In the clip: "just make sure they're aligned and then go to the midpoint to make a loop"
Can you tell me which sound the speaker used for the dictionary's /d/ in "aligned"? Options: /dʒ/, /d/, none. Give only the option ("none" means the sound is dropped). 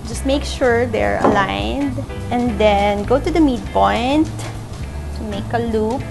/d/